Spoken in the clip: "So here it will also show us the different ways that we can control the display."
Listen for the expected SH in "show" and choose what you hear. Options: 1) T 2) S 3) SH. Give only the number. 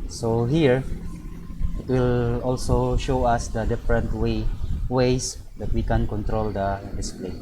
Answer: 3